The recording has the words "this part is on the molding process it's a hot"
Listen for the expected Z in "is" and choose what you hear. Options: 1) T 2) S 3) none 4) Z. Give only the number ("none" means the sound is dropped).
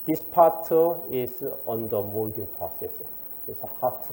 2